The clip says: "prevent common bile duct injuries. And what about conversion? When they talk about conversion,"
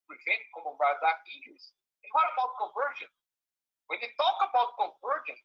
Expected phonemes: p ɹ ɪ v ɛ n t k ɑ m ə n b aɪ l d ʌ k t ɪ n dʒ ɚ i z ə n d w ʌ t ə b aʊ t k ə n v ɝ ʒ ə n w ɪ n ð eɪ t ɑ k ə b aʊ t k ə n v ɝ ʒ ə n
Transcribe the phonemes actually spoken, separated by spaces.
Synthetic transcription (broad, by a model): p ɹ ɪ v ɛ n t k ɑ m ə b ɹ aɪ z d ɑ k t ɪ dʒ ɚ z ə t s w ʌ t ə b aʊ t k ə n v ɝ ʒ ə n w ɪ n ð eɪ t ɑ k ə b aʊ t k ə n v ɝ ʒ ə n